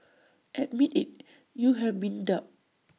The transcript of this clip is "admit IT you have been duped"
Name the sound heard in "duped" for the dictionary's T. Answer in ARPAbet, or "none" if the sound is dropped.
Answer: none